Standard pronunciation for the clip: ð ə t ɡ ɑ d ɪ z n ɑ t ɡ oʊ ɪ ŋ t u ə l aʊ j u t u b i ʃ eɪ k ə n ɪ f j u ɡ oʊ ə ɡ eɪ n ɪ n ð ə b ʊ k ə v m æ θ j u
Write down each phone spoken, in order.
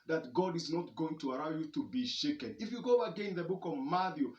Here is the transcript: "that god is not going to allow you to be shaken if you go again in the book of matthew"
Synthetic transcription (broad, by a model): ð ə t ɡ ɑ d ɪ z n ɑ t ɡ oʊ ɪ ŋ t u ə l aʊ j u t u b i ʃ eɪ k ə n ɪ f j u ɡ oʊ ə ɡ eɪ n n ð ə b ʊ k ə v m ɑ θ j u